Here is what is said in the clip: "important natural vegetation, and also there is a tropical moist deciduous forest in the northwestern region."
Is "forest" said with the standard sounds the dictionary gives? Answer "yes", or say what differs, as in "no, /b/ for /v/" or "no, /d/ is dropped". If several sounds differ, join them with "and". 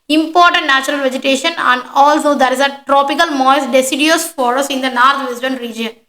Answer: no, /t/ is dropped